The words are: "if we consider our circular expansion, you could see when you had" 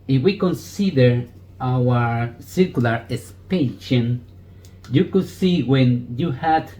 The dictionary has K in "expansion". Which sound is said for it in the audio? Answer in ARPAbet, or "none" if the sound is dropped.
none